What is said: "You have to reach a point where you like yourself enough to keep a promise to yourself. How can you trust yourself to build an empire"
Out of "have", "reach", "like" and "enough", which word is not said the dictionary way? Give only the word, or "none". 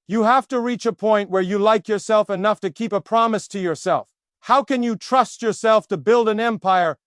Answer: have